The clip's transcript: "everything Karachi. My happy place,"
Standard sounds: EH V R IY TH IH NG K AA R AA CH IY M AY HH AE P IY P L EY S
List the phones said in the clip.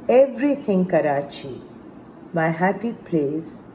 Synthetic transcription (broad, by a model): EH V R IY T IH NG K AA R AA CH IY M AY HH AE P IY P L EY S